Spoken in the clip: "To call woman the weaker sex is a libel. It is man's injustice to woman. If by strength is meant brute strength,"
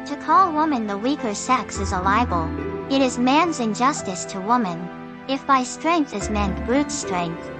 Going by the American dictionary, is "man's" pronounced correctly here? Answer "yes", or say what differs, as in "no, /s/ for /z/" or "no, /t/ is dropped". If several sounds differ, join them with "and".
yes